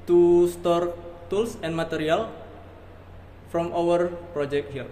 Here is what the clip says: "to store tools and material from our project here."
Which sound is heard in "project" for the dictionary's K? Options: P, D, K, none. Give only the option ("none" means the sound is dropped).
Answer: K